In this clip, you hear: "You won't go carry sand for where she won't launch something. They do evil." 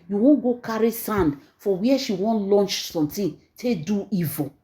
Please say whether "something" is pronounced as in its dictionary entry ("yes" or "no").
no